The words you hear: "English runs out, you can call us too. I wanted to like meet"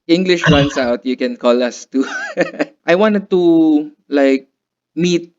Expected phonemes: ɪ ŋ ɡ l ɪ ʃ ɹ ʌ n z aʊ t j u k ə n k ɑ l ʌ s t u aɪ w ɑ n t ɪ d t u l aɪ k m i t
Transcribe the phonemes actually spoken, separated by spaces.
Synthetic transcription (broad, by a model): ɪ ŋ ɡ l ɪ ʃ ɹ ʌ n s aʊ t j u k ə n k ɑ l ʌ s t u aɪ w ɑ n t ɪ d t u l aɪ k m i t